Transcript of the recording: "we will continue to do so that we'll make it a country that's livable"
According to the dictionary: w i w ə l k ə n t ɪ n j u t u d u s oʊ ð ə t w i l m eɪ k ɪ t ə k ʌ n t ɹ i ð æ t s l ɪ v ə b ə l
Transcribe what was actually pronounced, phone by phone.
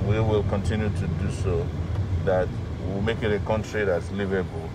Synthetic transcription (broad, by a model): w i w ə l k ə n t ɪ n j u t u d u s oʊ ð ə t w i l m eɪ k ɪ t ə k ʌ n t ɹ i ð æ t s l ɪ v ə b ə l